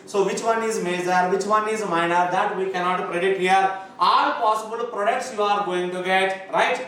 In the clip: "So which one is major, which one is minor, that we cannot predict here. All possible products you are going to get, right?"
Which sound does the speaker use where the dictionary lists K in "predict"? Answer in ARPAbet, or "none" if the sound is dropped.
none